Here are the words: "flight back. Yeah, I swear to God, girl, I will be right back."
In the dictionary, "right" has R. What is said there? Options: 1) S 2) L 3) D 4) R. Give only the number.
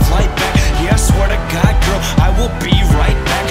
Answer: 4